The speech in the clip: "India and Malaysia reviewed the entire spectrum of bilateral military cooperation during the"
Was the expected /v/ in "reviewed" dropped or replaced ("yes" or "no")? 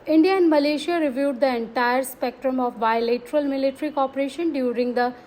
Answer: no